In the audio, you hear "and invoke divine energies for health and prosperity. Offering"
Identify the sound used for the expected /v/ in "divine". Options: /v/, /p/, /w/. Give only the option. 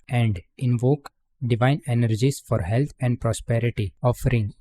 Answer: /v/